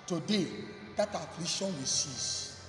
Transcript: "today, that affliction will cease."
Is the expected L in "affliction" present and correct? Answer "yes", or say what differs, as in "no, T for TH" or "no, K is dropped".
no, L is dropped